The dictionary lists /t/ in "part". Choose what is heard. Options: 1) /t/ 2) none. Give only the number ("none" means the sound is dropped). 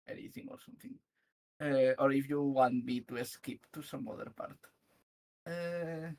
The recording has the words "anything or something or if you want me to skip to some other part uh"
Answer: 1